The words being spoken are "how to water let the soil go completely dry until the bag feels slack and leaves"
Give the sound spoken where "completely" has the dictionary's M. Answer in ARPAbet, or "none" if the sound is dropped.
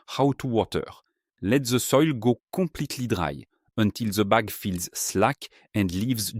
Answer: none